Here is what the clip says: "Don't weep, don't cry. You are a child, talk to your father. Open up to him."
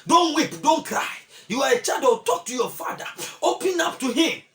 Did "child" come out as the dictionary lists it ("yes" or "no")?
no